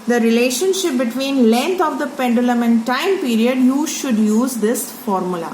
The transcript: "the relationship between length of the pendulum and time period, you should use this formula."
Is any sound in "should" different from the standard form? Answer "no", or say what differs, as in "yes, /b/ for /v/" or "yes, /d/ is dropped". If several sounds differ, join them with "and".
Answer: no